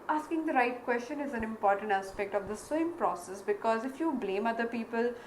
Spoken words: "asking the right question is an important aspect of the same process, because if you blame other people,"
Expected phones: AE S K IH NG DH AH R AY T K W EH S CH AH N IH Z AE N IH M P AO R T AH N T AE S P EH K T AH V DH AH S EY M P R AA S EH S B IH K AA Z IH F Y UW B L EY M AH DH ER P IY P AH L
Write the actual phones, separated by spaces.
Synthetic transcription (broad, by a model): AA S K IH NG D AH R AY T K W EH S CH AH N IH Z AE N IH M P AO R T AH N T AE S P EH K T AH V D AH S EY M P R AA S EH S B IH K AA Z IH F Y UW B L EY M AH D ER P IY P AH L